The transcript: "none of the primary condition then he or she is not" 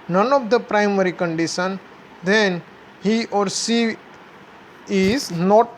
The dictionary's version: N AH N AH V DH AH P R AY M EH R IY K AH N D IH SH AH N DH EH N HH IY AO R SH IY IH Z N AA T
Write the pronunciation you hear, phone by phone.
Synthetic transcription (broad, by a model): N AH N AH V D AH P R AY M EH R IY K AH N D IH SH AH N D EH N HH IY AO R S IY IH Z N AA T